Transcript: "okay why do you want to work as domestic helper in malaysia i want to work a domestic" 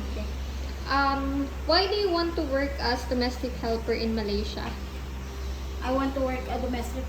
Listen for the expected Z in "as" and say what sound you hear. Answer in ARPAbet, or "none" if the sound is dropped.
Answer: S